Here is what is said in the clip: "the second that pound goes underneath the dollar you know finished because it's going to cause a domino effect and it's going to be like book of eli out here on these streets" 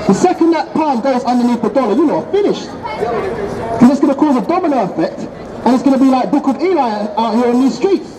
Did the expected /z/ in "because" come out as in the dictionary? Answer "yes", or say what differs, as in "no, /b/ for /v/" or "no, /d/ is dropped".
no, /z/ is dropped